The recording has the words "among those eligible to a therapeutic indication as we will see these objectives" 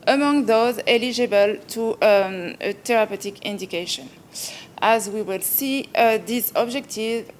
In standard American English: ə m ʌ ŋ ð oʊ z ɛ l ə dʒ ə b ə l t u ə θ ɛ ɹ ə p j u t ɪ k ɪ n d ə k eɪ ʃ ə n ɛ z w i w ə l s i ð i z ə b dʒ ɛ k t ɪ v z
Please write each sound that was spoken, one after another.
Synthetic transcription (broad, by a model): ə m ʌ ŋ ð oʊ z ɛ l ə dʒ ə b ə l t u ə t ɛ ɹ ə p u t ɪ k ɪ n d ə k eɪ ʃ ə n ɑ z w i w ə l s i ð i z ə b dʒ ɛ k t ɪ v